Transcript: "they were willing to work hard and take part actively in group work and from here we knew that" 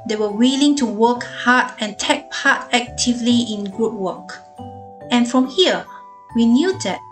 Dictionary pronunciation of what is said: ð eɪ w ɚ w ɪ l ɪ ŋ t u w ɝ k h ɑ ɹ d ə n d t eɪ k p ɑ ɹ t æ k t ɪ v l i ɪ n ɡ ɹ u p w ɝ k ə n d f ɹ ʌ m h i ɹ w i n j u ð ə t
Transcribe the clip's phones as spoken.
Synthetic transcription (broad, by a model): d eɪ w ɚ w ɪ l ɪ ŋ t u w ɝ k h ɑ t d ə n t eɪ k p ɑ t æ k t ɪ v l i ɪ n ɡ u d w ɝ k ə n f ɹ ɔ m h i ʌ w i n j u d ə t